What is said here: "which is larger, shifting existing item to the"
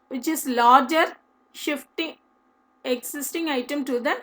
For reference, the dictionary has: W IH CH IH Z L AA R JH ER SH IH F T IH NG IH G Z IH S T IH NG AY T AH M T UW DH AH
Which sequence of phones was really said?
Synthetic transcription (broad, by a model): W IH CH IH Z L AA R JH ER SH IH F T IH NG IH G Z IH S T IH NG AY T AH M T UW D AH